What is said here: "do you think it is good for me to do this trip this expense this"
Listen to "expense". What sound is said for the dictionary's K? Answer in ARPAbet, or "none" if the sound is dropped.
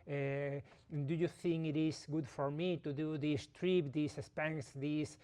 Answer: none